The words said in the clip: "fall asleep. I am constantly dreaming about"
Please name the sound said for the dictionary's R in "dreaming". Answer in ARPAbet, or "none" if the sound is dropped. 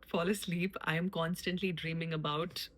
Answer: R